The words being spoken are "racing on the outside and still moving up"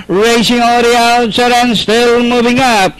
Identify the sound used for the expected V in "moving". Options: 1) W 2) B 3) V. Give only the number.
3